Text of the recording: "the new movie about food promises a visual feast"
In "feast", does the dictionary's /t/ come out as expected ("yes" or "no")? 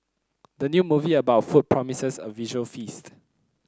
yes